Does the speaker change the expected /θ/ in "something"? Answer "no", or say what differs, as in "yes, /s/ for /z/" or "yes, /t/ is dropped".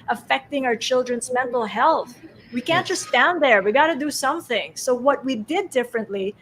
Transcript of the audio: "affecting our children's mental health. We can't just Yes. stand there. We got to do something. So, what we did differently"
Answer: no